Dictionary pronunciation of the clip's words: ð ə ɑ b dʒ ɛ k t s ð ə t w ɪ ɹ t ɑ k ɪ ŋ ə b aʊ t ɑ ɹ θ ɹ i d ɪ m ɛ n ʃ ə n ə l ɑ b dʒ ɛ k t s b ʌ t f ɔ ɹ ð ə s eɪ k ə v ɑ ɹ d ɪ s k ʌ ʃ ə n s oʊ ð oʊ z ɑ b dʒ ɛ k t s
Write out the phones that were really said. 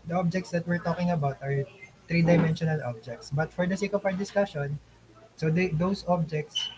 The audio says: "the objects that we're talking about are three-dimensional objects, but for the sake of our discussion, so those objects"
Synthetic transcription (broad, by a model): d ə ɑ b dʒ ɛ k t s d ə t w ɪ ɹ t ɑ k ɪ ŋ ə b aʊ t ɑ ɹ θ ɹ i d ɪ m ɛ n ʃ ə n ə l ɑ b dʒ ɛ k t s b ʌ t f ɔ ɹ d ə s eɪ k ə p ɑ ɹ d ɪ s k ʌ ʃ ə n s oʊ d oʊ s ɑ b dʒ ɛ k t s